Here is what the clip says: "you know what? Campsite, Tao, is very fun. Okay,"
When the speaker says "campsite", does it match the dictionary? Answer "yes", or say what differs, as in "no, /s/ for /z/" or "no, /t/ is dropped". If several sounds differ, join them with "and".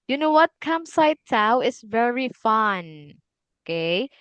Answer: no, /p/ is dropped